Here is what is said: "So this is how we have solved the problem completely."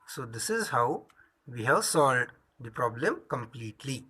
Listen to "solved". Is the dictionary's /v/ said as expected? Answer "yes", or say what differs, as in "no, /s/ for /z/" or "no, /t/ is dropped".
no, /v/ is dropped